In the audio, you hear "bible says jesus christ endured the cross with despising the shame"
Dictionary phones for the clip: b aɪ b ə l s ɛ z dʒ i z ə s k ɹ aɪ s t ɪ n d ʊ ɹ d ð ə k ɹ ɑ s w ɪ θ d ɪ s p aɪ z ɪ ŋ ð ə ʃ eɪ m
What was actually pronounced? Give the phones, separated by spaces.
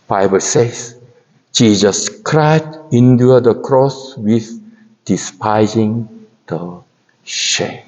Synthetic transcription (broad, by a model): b aɪ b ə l s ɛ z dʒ i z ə s k ɹ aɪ t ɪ n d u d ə k ɹ ɑ s w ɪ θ d ɪ s p aɪ z ɪ ŋ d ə ʃ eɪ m